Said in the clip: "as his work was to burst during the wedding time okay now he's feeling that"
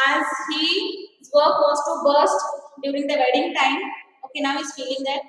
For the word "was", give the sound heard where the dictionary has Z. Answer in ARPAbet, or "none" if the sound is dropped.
S